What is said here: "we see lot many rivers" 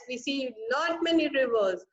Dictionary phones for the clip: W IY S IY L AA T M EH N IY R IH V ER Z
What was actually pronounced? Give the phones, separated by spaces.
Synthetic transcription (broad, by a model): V IY S IY N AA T M EH N IY R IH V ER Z